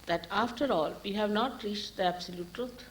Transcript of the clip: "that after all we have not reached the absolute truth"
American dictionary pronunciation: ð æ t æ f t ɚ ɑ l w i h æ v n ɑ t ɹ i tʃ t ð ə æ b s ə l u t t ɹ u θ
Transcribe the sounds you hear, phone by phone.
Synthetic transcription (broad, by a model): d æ t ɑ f t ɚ ɑ l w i h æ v n ɑ t ɹ i tʃ t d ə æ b s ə l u t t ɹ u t